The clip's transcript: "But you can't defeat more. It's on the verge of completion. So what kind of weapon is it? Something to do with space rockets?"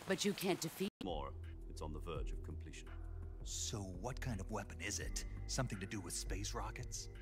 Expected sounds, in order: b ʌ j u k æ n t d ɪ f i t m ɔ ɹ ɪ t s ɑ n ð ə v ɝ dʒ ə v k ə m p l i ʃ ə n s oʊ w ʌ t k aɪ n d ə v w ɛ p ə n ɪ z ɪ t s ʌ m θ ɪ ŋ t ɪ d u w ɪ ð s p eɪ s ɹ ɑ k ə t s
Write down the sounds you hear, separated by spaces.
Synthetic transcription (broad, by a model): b ʌ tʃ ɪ k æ n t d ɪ f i m ɔ ɹ ɪ t s n ð ə v ɝ dʒ ə v k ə m p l i ʃ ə n s oʊ w ʌ t k aɪ n d ə v w ɛ p ə n ɪ z ɪ t s ʌ m θ ɪ ŋ t ɪ d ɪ w ɪ ð s p eɪ s ɹ ɑ k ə t s